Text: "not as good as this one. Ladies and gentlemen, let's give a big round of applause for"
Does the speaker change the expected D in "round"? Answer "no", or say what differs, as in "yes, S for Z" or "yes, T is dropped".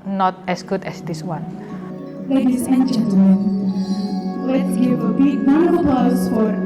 yes, D is dropped